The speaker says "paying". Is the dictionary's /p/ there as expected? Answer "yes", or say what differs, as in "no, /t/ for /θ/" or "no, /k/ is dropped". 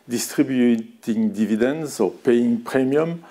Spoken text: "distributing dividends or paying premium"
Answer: yes